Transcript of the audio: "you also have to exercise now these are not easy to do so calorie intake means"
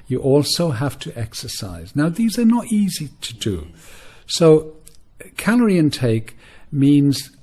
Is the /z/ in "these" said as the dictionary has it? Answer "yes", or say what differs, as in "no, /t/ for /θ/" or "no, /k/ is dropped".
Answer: yes